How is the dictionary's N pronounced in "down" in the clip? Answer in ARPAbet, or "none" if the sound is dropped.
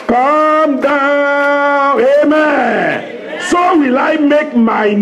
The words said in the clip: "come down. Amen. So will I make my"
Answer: none